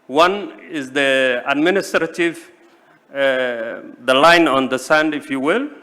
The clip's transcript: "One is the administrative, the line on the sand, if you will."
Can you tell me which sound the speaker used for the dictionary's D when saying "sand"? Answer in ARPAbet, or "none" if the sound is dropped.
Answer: D